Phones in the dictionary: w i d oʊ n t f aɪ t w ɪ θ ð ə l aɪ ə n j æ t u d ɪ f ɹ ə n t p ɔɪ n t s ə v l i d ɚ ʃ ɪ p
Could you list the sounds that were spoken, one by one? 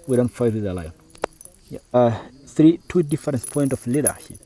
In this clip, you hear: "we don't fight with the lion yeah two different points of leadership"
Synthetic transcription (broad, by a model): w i d oʊ n t f aɪ t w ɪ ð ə l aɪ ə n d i t u d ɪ f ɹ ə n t p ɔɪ n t ə f l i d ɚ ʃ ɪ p